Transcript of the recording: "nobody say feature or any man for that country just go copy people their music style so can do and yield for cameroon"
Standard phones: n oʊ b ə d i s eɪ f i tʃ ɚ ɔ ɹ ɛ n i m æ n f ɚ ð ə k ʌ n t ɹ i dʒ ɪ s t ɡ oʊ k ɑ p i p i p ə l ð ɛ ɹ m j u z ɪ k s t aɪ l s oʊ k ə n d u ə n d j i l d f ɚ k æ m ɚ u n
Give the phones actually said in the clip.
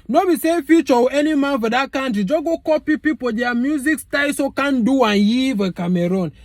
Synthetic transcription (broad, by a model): n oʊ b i s eɪ f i tʃ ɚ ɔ w ɛ n i m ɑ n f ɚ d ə k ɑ n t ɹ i dʒ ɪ ɡ oʊ k ɑ p i p i p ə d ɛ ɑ m j u z ɪ k s t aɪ s oʊ k ə n d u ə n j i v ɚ k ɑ m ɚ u n